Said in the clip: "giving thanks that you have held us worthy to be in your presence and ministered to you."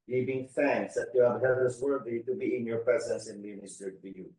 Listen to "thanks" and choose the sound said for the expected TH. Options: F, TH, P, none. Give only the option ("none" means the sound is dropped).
F